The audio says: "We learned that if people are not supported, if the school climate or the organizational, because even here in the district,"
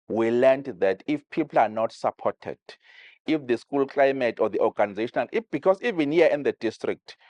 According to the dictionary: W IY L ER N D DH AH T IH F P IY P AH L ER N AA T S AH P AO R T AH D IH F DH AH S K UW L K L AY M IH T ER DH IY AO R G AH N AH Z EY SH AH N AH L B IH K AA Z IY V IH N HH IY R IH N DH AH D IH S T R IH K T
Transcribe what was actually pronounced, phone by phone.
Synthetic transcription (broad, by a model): W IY L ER N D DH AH T IH F P IY P L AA N AA T S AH P AO T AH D IH F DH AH S K UW L K L AY M IH T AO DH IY AO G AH N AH Z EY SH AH N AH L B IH K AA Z IY V IH N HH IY IH N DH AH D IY S T R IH K T